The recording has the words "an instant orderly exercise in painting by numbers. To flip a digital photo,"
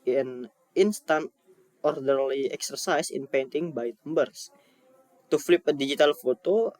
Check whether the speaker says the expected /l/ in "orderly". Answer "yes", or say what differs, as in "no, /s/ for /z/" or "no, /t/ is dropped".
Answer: yes